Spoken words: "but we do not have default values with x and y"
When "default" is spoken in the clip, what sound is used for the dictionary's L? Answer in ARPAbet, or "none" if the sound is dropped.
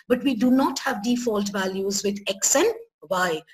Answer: L